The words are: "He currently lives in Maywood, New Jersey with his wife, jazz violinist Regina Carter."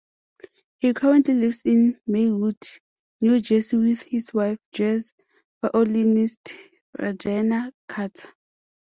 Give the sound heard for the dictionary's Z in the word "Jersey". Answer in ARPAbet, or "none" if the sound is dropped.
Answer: S